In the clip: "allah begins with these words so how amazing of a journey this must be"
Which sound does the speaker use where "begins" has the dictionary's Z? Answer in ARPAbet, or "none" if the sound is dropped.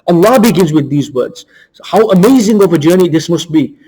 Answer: Z